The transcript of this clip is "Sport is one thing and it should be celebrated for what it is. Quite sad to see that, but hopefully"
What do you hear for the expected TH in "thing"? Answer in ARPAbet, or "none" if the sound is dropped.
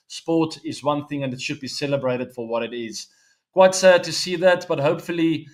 TH